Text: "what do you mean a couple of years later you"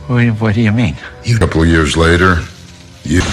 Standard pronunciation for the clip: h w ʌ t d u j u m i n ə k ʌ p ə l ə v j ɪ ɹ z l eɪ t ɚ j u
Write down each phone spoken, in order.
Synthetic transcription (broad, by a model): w w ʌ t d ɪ j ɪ m i n ə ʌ p l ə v j ɪ ɹ z l eɪ t ɚ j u